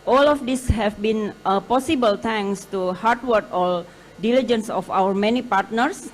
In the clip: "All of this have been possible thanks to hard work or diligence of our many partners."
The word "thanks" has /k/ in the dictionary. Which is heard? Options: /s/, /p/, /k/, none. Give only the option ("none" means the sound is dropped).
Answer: none